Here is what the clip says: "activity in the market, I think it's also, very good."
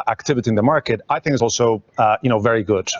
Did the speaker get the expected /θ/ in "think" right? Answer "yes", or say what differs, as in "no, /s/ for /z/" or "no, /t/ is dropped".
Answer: yes